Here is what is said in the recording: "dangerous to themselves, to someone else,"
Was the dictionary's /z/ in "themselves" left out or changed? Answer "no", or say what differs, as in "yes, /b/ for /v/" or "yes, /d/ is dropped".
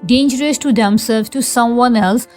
yes, /z/ is dropped